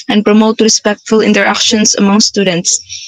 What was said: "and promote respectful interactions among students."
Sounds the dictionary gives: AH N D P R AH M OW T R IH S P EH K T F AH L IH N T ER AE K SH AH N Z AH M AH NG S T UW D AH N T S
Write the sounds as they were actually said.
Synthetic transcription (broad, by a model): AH N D P R AH M OW T R IH S P EH K T F AH L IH N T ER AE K SH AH N S AH M AH NG S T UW D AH N T S